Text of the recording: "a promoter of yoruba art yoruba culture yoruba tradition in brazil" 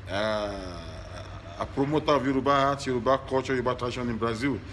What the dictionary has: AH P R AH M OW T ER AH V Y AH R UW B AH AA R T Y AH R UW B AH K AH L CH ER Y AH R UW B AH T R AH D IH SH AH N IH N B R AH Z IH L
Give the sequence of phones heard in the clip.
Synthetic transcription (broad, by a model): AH P R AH M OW T AH V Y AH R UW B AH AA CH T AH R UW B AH K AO CH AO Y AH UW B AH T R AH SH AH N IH B R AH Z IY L